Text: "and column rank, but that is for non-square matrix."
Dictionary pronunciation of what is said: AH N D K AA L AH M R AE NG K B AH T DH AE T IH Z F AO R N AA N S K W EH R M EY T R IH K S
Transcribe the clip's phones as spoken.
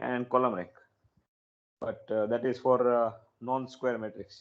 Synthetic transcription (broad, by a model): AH N D K AA L AH M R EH K B AH T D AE T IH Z F AO R N AA N S K W EH R M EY T R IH K S